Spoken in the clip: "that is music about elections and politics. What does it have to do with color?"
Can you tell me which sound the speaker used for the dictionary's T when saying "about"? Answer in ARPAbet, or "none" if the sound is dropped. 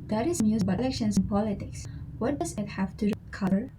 none